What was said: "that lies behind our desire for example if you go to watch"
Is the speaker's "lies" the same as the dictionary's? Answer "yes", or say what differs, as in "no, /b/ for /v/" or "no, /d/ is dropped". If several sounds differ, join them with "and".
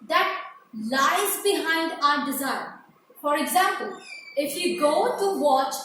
yes